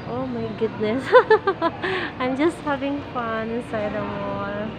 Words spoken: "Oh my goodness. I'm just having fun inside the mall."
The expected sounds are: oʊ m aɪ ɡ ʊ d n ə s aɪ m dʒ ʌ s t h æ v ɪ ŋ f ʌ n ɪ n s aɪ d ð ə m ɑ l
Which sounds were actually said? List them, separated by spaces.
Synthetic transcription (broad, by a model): oʊ m aɪ ɡ ʊ d n ə s aɪ m dʒ ʌ s t h æ v ɪ ŋ f ʌ n ɪ n s aɪ d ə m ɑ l